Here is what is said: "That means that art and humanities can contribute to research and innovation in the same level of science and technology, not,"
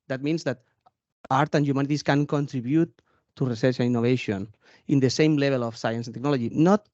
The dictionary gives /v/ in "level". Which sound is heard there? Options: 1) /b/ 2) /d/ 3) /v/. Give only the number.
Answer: 1